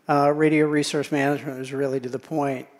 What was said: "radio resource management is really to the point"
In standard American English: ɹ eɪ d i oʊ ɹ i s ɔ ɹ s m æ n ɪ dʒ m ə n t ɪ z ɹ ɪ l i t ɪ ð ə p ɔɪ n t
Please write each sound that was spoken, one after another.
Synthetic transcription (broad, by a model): ɹ eɪ d i oʊ ɹ i s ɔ ɹ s m æ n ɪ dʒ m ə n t ɪ z ɹ ɪ l i t ɪ ð ə p ɔɪ n t